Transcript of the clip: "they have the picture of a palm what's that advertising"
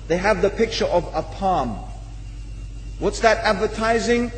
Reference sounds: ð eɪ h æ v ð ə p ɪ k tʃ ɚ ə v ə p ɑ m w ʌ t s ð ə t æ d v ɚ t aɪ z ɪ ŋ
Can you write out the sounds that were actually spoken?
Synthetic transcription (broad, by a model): ð eɪ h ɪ v ð ə p ɪ k tʃ ɚ ə v ə p ɑ m w ʌ t s ð ə t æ d v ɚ t aɪ z ɪ ŋ